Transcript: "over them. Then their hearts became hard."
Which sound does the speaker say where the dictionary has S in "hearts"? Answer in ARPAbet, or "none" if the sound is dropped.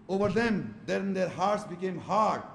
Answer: S